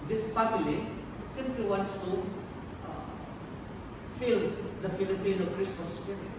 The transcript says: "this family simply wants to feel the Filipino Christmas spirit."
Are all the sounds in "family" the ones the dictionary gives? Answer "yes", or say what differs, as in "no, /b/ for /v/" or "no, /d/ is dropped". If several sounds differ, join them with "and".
no, /p/ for /f/